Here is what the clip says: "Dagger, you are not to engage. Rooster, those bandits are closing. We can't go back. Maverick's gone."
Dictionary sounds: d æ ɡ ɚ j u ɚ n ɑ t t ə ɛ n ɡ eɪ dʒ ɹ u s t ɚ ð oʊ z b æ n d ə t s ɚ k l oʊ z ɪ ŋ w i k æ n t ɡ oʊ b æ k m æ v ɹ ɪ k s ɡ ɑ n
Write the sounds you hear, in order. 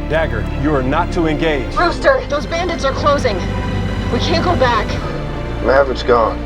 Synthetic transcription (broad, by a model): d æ ɡ ɚ j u ɚ n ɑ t t ə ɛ n ɡ eɪ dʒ ɹ u s t ɚ ð oʊ z b æ n d ə t s ɚ k l oʊ z ɪ ŋ w i k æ n ɡ oʊ b æ k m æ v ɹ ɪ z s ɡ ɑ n